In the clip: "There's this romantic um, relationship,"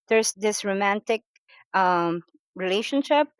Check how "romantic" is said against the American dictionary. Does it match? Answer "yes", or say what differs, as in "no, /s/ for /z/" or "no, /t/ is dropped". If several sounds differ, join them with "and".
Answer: yes